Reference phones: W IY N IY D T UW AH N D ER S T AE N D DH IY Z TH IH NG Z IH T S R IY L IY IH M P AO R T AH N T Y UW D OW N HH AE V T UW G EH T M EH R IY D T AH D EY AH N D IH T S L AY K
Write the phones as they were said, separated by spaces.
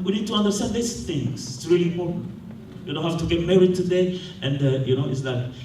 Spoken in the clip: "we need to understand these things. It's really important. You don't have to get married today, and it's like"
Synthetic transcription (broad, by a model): W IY N IY D T UW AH N D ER S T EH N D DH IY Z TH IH NG S IH T S R IY L IY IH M P AO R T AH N Y UW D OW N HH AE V T UW G EH T M EH R IY D T AH D EY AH N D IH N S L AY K